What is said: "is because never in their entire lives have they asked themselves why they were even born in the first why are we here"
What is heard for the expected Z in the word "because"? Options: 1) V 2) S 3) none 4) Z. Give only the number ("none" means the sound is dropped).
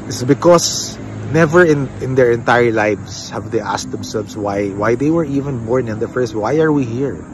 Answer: 2